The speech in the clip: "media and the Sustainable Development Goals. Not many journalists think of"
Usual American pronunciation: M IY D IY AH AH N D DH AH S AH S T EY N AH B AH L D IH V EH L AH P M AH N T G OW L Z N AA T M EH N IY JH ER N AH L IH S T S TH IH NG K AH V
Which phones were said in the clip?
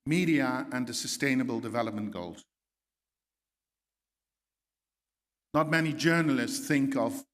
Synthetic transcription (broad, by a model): M IY D IY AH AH N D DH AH S AH S T EY N AH B AH L D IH V EH L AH P M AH N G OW L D N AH T M EH N IY JH ER N AH L IH S T S TH IH NG K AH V